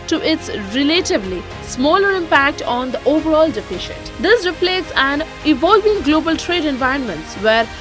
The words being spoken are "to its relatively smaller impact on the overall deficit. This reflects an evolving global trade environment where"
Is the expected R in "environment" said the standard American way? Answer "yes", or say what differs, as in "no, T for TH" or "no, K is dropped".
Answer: yes